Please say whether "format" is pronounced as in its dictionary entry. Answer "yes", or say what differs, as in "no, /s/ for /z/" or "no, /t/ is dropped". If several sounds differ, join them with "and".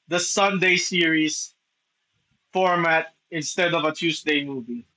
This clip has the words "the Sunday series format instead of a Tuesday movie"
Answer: yes